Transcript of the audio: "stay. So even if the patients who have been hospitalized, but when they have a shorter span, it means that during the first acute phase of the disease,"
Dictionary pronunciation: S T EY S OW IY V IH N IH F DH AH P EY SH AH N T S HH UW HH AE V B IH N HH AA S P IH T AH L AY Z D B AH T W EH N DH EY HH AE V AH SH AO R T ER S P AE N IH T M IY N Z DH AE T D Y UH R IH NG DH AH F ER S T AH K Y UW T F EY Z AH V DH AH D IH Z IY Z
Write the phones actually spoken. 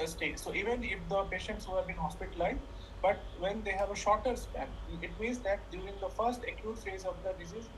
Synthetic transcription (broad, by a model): S T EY S OW IY V IH N IH F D AH P EY SH AH N T S HH UW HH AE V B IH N HH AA S P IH T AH L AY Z B AH T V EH N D EY HH AE V AH SH AO R T ER S P AE N IH T M IY N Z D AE T D Y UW R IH NG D AH F ER S T AH K Y UW T F EY Z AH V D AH D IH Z IY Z